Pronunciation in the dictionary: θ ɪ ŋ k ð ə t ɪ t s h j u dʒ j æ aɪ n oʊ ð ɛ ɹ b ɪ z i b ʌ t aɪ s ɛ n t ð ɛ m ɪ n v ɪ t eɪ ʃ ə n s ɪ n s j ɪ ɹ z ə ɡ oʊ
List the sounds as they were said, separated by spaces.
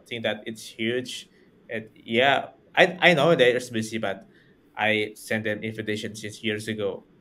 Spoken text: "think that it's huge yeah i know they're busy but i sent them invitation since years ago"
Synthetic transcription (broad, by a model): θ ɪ ŋ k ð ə t ɪ t s h j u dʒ j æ aɪ n oʊ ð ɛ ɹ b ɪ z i b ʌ t aɪ s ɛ n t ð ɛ m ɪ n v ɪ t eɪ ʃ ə n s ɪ s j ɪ ɹ s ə ɡ oʊ